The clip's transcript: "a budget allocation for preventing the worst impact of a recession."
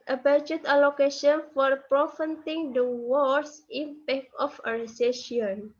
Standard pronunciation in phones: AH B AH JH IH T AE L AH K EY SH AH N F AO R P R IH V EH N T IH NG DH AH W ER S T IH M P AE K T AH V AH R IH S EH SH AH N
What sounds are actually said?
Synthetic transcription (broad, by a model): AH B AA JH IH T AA L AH K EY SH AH N F AO R P R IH F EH N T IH NG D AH W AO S IH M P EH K AH F AH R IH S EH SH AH N